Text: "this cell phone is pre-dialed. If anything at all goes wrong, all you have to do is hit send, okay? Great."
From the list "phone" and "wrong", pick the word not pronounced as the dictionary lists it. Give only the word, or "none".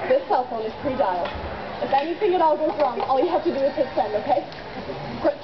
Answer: none